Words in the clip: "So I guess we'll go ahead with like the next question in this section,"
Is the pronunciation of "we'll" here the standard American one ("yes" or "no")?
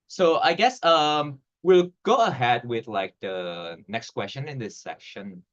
yes